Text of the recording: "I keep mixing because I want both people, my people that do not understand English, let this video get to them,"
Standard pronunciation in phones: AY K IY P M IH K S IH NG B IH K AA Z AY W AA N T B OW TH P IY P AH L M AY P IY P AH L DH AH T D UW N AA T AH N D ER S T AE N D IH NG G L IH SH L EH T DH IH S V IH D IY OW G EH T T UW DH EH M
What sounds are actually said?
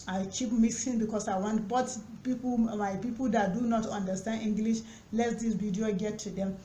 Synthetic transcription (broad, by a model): AY K IY P M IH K S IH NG B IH K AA S AY W AA N T B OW T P IY P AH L M AY P IY P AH L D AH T D UW N AA T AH N D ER S T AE N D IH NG G L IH SH L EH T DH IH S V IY D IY OW G EH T T UW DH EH M